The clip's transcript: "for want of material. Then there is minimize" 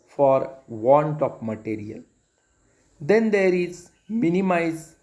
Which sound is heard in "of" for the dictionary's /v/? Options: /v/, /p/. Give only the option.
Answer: /p/